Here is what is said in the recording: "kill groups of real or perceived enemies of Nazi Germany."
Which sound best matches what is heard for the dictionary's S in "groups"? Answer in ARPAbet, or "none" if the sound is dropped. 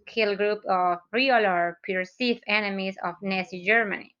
none